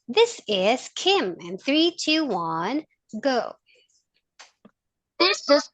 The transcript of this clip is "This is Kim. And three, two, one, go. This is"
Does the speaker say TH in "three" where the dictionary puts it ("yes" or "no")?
yes